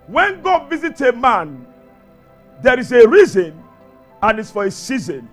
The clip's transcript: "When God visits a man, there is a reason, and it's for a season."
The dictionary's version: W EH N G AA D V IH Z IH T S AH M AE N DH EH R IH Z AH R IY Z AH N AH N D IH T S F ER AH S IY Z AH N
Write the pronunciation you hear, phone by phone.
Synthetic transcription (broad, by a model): W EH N G AA D V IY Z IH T AH M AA N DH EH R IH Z AH R IY Z AH N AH N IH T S F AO AH S IY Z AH N